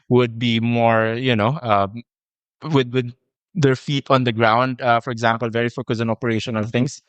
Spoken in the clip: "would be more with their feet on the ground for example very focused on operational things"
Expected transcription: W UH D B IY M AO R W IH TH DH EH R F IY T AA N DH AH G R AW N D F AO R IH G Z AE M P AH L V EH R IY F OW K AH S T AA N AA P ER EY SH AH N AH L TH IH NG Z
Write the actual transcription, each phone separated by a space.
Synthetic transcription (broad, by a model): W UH D B IY M AO R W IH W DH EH R F IY T AA N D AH G R AW N D F AO R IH G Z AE M P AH L V EH R IY F OW K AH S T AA N AA P ER EY SH AH N AH L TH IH NG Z